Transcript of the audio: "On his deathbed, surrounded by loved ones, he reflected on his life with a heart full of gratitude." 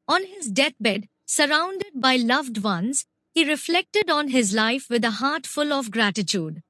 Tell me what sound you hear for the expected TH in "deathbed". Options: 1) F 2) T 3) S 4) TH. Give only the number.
2